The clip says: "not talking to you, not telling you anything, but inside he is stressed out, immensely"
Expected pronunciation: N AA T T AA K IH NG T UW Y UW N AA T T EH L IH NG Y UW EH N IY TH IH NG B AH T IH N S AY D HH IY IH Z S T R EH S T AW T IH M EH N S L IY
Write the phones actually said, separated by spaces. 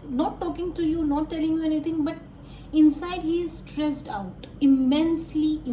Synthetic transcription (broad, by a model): N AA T T AA K IH NG T UW Y UW N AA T T EH L IH NG Y UW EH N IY T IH NG B AH T IH N S AY D HH IY IH Z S T R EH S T AW T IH M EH N S L IY